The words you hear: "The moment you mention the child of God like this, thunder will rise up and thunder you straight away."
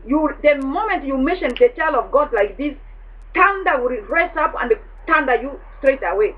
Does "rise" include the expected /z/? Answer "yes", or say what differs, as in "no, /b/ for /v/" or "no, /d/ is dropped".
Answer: no, /s/ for /z/